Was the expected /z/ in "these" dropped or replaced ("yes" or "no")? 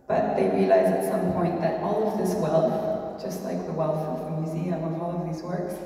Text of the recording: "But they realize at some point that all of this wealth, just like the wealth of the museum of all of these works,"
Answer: no